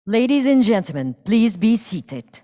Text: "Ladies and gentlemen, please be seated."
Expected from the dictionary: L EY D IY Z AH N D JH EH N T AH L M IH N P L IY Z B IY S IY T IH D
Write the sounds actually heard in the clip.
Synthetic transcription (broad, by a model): L EY D IY Z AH N JH EH N T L M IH N P L IY Z B IY S IY T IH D